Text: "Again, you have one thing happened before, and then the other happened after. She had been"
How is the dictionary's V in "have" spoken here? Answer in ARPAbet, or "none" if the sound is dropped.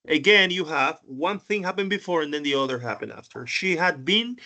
V